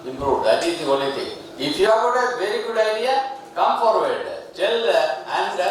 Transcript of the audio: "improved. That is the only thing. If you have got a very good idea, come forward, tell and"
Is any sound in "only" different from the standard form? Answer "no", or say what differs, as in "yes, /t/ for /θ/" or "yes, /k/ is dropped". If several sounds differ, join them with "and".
yes, /n/ is dropped